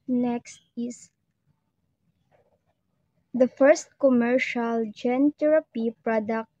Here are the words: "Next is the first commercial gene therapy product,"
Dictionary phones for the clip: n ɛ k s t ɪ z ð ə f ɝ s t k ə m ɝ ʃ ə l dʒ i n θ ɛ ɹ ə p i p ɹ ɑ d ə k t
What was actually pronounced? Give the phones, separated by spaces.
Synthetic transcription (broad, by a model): n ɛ k s t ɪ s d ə f ɝ s t k ə m ɝ ʃ ə l dʒ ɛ n t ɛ ɹ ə p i p ɹ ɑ d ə k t